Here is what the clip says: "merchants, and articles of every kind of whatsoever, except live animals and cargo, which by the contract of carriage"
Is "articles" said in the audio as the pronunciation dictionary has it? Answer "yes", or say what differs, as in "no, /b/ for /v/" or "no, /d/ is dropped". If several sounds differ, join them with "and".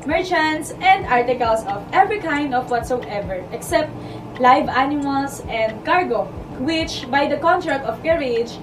no, /s/ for /z/